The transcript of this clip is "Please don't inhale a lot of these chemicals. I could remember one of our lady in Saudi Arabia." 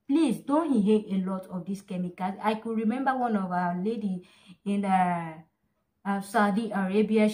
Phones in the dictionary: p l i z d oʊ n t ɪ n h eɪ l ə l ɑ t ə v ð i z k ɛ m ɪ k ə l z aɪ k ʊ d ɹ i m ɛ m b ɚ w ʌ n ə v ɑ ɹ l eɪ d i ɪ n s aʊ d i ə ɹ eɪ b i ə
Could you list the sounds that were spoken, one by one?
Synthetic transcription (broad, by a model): p l i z d oʊ n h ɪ h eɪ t ə l ɑ t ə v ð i s k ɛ m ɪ k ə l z aɪ k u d ɹ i m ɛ m b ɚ w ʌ n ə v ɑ l eɪ d i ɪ n s aʊ d i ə ɹ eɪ b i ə